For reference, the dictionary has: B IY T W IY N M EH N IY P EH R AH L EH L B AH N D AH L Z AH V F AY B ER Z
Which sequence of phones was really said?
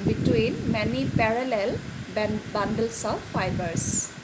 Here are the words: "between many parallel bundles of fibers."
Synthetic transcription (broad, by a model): B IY T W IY N M EH N IY P EH R AH L EH L B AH N D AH L S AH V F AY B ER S